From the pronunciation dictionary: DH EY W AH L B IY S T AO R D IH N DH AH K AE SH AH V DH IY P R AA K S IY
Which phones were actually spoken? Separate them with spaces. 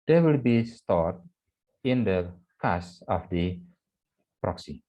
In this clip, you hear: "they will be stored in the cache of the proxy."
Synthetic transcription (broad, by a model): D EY W AH L B IY S T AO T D IH N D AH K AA S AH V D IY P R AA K S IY